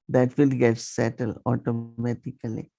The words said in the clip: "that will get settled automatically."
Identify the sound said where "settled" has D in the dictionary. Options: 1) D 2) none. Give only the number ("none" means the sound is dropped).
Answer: 2